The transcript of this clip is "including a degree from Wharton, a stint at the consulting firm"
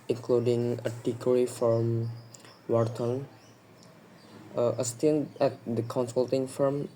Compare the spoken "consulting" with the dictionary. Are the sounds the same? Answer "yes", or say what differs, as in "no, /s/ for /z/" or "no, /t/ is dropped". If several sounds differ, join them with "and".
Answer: yes